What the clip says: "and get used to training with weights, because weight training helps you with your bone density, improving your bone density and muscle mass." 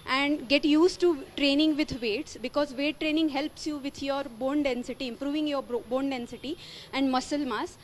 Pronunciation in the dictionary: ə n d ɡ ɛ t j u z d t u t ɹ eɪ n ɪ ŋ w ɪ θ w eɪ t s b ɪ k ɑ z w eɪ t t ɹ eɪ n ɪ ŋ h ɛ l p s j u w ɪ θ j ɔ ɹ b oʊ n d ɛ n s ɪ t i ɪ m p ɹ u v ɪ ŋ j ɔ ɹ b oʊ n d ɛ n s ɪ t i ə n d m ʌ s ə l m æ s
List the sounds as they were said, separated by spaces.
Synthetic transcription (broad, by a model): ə n d ɡ ɛ t j u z t u t ɹ eɪ n ɪ ŋ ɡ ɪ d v eɪ t s b ɪ k ɑ z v eɪ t t ɹ eɪ n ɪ ŋ h ɛ l p s j u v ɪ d j ɔ ɹ b oʊ n d ɛ n s ɪ t i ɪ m p ɹ u v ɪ ŋ j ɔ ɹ b oʊ n d ɛ n s ɪ t i ə n d m ʌ s ə l m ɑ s